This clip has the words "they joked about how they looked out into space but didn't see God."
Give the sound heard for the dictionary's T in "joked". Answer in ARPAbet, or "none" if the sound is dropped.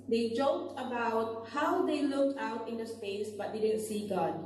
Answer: T